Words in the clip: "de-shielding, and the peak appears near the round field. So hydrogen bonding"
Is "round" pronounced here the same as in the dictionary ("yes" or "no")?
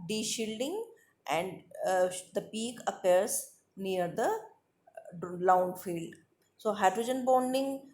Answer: no